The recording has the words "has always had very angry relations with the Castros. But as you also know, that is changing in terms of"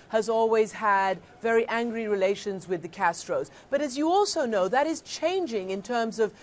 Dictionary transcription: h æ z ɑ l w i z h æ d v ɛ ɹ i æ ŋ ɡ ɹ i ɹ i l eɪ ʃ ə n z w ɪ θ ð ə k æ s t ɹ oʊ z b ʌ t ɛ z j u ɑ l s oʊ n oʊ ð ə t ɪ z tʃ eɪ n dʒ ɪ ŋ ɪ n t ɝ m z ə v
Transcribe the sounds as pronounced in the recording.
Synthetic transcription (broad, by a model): h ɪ z ɑ l w i z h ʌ d v ɛ ɹ i æ ŋ ɡ ɹ i ɹ i l eɪ ʃ ə n z w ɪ ð ə k æ s t ɹ oʊ z b ʌ t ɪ z j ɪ ɑ l s oʊ n oʊ ð ə t ɪ z tʃ eɪ n dʒ ɪ ŋ ɪ n t ɝ m z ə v